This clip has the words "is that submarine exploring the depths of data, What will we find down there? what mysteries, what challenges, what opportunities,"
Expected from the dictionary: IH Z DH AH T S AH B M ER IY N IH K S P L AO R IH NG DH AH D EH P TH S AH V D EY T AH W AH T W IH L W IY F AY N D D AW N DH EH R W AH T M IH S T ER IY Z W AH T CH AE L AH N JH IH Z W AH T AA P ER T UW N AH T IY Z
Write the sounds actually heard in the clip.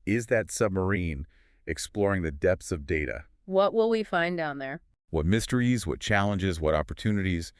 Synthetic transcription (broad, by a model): IH Z DH AH T S AH B M ER IY N IH K S P L AO R IH NG DH AH D EH P TH S AH V D EY T AH W AH T W IH L W IY F AY N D D AW N DH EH R W AH T M IH S T ER IY Z W AH T CH AE L AH N JH IH Z W AH T AA P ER T UW N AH T IY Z